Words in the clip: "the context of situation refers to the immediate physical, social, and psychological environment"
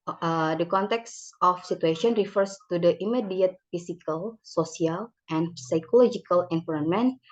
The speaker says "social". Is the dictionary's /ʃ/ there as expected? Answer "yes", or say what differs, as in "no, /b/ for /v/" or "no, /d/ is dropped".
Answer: no, /s/ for /ʃ/